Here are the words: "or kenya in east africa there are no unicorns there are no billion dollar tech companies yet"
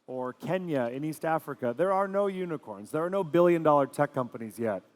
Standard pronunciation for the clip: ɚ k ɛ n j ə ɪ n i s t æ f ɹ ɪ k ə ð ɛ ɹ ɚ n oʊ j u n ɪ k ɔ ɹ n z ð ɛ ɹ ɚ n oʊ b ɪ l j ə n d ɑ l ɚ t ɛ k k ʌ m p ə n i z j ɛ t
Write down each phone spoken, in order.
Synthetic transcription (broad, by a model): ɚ k ɛ n j ə ɪ n i s t æ f ɹ ɪ k ə ð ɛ ɹ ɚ n oʊ j u n ɪ k ɔ ɹ n z ð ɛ ɹ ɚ n oʊ b ɪ l j ə n d ɑ l ɚ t ɛ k k ʌ m p ə n i z j ɛ t